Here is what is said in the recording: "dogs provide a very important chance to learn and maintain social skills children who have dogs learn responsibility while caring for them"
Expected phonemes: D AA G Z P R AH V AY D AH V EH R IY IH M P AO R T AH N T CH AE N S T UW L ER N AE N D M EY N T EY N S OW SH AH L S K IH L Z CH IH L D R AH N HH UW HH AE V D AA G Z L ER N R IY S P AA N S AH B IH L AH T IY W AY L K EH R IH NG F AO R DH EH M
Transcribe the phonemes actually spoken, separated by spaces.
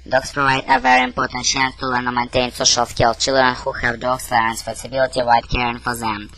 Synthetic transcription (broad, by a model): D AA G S P R AH V AY D AH V EH R IY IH M P AO R T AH N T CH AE N S T UW L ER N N M EY N T EY N S OW SH AH L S K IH L CH IH L D R AH N HH UW HH AE V D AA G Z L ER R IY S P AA S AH B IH L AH T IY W AY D K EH R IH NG F AO R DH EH M